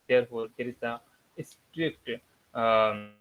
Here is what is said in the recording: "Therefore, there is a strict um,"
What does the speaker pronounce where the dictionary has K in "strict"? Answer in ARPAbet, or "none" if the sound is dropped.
K